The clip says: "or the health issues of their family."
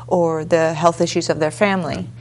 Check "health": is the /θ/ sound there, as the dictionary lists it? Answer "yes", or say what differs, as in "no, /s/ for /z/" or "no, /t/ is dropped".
yes